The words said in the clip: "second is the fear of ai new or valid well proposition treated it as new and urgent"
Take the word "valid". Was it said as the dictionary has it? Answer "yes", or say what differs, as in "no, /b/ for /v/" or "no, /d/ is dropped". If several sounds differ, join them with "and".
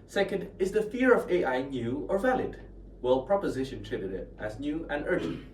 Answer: yes